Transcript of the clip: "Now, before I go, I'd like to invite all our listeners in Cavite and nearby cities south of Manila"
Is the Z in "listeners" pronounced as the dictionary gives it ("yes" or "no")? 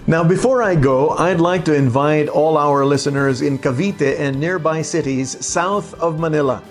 yes